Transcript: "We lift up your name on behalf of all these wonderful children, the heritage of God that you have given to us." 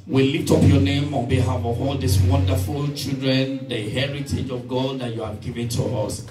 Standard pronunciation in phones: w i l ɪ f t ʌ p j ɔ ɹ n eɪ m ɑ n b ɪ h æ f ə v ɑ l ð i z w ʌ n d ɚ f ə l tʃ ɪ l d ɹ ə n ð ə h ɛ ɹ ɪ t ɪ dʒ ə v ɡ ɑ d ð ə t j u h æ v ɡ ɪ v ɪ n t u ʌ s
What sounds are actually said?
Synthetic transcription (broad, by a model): w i l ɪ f t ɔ p j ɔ n eɪ m ɑ n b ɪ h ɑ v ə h ɑ l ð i s w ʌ n d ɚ f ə l tʃ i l d ɹ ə n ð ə h ɛ ɹ ɪ t ɪ dʒ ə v ɡ ɑ d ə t j u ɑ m ɡ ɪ v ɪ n t u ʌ s